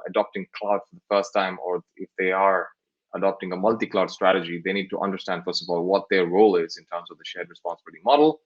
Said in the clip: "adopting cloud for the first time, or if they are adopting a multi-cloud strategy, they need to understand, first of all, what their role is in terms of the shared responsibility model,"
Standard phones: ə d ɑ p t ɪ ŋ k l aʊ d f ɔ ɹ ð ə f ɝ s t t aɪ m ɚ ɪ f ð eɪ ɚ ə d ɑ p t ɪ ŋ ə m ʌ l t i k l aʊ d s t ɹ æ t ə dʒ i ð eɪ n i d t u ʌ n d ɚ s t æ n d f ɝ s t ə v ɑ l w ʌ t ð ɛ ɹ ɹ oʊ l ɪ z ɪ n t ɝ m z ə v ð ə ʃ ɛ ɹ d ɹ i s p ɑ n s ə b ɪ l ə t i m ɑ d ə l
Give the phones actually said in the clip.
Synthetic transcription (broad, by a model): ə d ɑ p t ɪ ŋ k l aʊ d f ɔ ɹ ð ə f ɝ s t t aɪ m ɚ ɪ f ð eɪ ɚ ə d ɑ p t ɪ ŋ ə m ʌ l t i k l aʊ d s t ɹ æ t ə dʒ i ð eɪ n i d t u ʌ n d ɚ s t æ n d f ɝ s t ə v ɑ l w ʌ t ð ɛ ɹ ɹ oʊ l ɪ z ɪ n t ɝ m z ə v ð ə ʃ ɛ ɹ d ɹ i s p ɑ n s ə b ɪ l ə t i m ɑ d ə l